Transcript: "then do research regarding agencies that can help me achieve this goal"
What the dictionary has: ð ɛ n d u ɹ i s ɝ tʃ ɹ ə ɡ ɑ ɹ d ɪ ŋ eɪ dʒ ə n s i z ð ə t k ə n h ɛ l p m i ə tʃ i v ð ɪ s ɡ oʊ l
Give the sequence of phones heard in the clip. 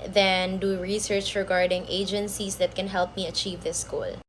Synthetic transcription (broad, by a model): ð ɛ n d u ɹ i s ɝ tʃ ɹ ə ɡ ɑ ɹ d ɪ ŋ eɪ dʒ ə n s i s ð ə t k ə n h ɛ l p m i ə tʃ i v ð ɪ s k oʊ l